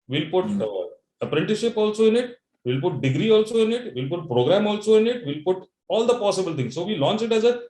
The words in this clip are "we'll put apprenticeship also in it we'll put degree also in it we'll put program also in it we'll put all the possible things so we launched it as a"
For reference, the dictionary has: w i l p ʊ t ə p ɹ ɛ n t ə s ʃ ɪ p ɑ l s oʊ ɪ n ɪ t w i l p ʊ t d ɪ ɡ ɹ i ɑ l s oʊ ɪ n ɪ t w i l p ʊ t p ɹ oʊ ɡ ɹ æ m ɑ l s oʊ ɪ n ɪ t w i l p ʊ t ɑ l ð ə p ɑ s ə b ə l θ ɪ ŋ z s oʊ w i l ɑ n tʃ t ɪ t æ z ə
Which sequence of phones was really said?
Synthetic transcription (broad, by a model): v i l p ʊ t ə p ɹ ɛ n t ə ʃ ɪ p ɑ l s oʊ ɪ n ɪ t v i l p ʊ t d ɪ ɡ ɹ i ɑ l s oʊ ɪ n ɪ t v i l p ʊ t p ɹ oʊ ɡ ɹ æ m ɑ l s oʊ ɪ n ɪ t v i l p ʊ t ɑ l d ə p ɑ s ə b ə l t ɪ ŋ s s oʊ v i l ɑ n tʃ ɪ t æ z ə